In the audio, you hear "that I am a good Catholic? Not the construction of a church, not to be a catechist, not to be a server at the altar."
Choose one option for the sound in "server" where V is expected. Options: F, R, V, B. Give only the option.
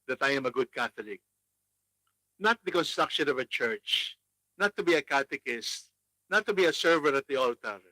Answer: V